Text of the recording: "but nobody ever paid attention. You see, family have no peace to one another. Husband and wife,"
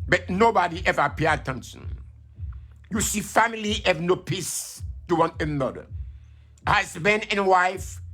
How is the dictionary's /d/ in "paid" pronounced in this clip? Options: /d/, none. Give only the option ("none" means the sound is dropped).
none